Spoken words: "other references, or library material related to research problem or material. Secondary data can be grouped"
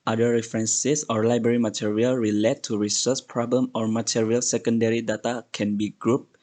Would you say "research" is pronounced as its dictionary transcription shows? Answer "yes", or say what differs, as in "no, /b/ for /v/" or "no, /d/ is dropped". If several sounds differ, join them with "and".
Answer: no, /s/ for /tʃ/